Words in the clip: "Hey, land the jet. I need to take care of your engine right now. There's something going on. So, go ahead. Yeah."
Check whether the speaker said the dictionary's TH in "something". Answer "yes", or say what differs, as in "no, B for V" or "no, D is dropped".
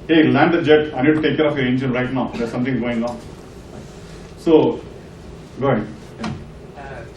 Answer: no, T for TH